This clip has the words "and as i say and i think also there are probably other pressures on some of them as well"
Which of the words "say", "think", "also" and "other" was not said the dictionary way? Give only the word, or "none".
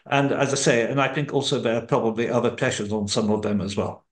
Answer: none